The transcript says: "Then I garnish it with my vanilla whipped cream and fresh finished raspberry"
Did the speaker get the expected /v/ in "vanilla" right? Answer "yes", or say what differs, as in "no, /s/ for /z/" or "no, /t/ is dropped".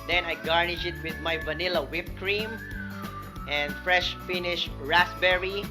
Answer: yes